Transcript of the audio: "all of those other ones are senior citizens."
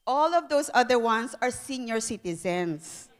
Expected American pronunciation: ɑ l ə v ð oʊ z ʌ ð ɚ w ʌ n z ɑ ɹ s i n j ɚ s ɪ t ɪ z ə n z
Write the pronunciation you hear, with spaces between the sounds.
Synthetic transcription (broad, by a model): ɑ l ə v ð oʊ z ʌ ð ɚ w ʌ n s ɑ ɹ s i n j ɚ s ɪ t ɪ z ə n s